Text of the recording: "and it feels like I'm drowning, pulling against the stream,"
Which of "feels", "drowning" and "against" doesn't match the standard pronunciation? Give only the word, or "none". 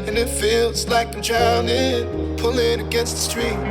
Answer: drowning